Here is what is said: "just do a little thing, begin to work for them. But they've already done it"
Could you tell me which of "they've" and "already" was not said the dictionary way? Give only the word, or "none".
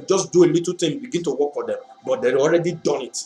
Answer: they've